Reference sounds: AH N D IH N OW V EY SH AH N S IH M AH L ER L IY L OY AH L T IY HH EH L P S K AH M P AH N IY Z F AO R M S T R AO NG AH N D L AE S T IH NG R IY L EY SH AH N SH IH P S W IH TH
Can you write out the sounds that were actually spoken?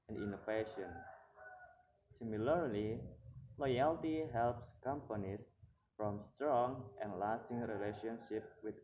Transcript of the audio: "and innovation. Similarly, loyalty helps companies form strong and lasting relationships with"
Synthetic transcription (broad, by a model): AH N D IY N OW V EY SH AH N S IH M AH L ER L IY L OY AH L T IY HH EH L P S K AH M P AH N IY S F AO M S T R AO NG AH N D L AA S T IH NG R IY L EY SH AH N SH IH P W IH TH